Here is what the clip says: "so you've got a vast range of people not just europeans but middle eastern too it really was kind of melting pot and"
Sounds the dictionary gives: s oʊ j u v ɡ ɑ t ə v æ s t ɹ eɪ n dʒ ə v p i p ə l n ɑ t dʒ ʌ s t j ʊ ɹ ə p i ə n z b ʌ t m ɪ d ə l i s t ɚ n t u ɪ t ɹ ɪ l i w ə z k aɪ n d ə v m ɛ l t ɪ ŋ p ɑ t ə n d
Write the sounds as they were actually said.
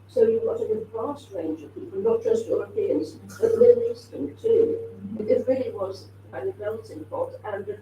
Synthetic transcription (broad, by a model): s oʊ j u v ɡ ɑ t ə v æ s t ɹ eɪ n dʒ ə v p i p l n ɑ t dʒ ʌ s t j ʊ ɹ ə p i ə n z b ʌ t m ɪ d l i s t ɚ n t u ɪ t ɹ ɪ l i w ə z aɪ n ə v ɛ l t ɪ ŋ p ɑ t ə n